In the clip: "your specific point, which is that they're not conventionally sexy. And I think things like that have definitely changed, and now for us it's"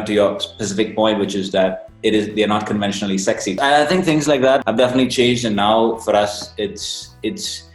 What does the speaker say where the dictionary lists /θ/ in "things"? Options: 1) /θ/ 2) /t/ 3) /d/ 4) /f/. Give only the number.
1